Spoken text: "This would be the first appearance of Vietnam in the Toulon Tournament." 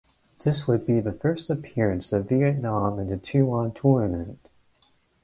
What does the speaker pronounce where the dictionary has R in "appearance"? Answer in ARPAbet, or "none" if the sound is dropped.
R